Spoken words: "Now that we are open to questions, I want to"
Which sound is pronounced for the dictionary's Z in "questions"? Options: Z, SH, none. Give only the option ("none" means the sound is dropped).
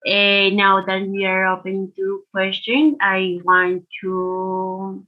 none